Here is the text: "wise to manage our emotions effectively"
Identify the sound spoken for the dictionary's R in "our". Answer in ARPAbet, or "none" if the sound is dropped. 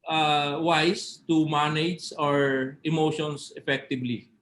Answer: R